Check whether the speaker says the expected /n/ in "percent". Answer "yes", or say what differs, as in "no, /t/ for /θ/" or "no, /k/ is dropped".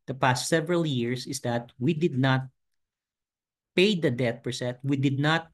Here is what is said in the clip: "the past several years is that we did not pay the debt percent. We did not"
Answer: no, /n/ is dropped